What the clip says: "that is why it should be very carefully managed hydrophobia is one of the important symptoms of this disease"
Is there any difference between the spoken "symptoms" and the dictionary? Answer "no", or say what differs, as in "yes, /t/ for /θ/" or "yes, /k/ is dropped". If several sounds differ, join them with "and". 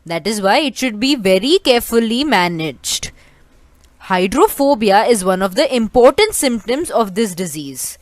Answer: no